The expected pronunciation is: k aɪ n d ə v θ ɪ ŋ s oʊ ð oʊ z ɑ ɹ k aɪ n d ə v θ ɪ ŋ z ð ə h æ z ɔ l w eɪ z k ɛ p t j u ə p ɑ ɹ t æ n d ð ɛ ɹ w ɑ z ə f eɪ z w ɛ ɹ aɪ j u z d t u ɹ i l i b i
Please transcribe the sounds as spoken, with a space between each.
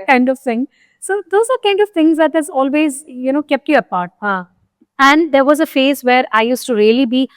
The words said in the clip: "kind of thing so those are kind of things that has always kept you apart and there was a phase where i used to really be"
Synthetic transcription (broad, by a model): k aɪ n d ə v t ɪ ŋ s oʊ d oʊ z ɑ ɹ k aɪ n d ə v t ɪ ŋ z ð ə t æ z ɔ l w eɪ z k ɛ p t j u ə p ɑ ɹ t æ n d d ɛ ɹ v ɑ z ə f eɪ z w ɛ ɹ aɪ j u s t u ɹ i l i b i